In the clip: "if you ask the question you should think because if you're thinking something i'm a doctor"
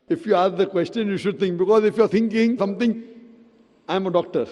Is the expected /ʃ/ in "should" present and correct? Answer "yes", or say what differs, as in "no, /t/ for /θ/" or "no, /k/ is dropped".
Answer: yes